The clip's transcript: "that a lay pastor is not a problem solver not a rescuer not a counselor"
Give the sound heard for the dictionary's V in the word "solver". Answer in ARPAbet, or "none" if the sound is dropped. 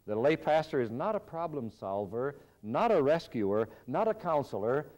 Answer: V